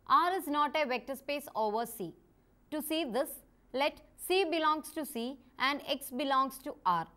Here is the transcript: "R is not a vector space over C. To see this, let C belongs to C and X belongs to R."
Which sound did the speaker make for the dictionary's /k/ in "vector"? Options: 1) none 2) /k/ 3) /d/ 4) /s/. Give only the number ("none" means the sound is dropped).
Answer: 2